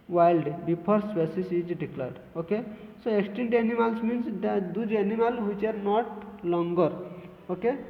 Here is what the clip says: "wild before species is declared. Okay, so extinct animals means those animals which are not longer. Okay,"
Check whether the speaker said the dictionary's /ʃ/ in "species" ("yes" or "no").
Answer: no